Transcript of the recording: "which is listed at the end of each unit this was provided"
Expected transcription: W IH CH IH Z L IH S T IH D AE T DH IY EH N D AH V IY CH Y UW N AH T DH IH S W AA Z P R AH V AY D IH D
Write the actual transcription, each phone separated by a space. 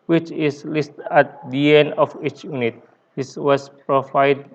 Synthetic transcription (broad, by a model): W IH CH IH S L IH S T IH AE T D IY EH N AH F IY CH Y UW N AH T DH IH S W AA S P R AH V AY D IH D